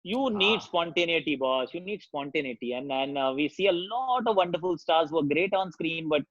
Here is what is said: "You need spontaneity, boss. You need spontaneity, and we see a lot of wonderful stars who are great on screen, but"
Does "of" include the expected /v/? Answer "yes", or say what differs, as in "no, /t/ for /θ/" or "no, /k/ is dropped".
yes